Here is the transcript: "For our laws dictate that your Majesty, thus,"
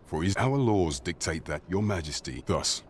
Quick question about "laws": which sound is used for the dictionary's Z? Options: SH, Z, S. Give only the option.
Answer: Z